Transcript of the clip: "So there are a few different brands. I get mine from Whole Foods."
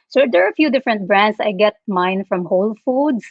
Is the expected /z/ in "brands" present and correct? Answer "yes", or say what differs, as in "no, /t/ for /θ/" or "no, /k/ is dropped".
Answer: no, /s/ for /z/